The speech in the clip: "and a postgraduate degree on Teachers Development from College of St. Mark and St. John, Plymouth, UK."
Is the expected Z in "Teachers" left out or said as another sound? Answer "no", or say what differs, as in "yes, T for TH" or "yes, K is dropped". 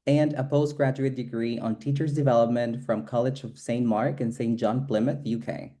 no